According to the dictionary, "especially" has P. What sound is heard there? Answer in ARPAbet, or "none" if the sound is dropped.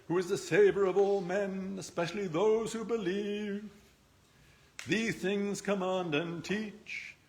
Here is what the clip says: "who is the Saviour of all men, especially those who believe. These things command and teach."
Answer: P